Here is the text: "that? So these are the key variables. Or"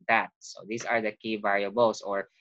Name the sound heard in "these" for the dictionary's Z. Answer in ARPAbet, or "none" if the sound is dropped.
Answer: S